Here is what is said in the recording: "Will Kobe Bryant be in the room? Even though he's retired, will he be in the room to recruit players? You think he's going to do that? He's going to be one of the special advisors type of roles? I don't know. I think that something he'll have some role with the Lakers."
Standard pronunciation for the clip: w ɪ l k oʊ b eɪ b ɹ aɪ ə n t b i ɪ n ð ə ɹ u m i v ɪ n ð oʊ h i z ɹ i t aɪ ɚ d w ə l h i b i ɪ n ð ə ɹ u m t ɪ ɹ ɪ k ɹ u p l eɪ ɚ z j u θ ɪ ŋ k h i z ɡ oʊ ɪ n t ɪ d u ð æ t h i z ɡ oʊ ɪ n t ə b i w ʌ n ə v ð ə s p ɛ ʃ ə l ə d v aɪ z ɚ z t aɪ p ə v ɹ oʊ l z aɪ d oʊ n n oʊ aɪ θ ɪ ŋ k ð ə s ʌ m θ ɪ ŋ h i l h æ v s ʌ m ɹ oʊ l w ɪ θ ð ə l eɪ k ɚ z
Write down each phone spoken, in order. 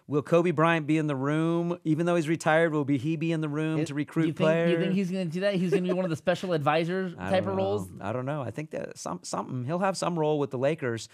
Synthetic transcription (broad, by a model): w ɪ l k oʊ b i b ɹ aɪ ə n b i ɪ n ð ə ɹ u m i v ɪ n ð oʊ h i z ɹ i t aɪ ɚ d w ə l h i b i ɪ n ð ə ɹ u m t ɪ ɹ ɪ k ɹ u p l eɪ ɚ j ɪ θ ɪ ŋ k h i z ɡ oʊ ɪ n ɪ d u ð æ t h i z ɡ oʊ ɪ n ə b i w ʌ n ə v ð ə s p ɛ ʃ l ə d v aɪ z ɚ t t aɪ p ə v ɹ oʊ l z aɪ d oʊ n n oʊ aɪ θ ɪ ŋ k ð ə s ʌ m s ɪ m h i l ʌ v s ʌ m ɹ oʊ l w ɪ ð ə l eɪ k ɚ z